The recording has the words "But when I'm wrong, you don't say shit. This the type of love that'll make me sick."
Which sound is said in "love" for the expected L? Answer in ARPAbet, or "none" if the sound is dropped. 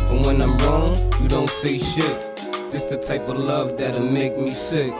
L